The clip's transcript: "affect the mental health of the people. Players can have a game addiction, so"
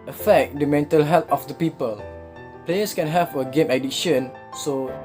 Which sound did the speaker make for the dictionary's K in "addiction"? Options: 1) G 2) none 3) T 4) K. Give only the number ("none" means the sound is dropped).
2